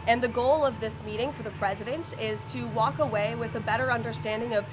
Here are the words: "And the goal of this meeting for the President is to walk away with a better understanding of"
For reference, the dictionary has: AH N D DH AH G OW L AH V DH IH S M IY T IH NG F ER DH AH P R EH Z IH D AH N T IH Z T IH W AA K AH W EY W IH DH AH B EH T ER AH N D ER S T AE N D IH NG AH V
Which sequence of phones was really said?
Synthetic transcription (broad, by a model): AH N DH AH G OW L AH V DH IH S M IY T IH NG F ER DH AH P R EH Z IH D AH N T IH Z T IH W AA K AH W EY W IH DH AH B EH T ER AH N D ER S T AE N D IH NG AH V